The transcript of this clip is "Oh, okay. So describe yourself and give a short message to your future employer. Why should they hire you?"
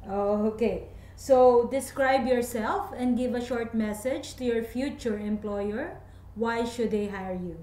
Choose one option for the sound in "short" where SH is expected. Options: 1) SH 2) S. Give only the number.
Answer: 1